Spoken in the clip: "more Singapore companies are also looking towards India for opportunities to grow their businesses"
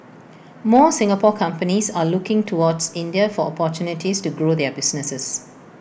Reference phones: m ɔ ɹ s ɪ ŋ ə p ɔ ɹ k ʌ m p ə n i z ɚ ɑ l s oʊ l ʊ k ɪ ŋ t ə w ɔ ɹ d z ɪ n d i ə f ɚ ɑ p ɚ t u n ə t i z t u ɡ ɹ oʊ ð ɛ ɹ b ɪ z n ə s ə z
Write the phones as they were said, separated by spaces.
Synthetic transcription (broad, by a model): m ɔ s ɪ ŋ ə p ɔ k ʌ m p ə n i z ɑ l u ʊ k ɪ ŋ t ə w ɔ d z ɪ n d i ə f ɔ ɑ p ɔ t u n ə t i s t u ɡ ɹ oʊ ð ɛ b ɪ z n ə s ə s